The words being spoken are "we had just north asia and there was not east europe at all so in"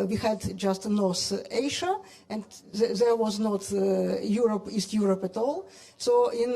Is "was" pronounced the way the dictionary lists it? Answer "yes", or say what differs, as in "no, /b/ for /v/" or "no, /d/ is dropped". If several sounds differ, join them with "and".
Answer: yes